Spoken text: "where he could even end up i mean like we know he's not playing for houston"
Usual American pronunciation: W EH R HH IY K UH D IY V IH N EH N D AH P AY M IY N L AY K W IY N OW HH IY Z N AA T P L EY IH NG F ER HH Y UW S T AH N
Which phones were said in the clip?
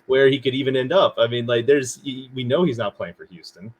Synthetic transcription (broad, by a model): W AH R HH IY K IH D IY V IH N EH N D AH P AY M IY N L AY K W IY N OW HH IY Z N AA T P L EY IH NG F ER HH Y UW S T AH N